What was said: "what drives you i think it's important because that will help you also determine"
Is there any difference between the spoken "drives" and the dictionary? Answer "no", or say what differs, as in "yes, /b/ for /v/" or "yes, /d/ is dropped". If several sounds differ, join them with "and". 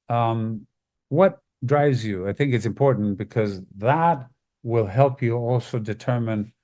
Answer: no